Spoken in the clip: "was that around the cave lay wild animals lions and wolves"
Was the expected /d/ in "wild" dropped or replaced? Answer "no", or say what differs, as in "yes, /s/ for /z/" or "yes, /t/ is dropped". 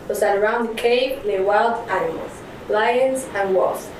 no